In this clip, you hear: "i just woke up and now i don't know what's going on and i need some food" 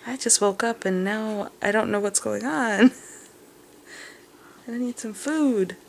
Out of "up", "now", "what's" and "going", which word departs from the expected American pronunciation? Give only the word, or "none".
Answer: none